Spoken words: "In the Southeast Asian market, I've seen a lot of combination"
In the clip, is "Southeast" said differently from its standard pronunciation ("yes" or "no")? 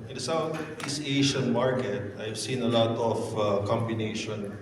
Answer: yes